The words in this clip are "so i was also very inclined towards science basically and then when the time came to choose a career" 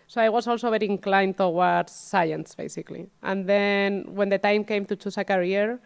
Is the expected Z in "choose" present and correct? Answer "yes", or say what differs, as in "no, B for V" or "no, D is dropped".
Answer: no, S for Z